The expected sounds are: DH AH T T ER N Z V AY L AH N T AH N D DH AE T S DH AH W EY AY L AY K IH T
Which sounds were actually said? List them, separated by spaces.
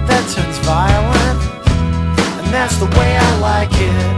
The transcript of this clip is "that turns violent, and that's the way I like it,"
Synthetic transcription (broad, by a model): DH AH T S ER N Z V AY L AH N AH N DH AE T S DH AH W EY AY L AY K IH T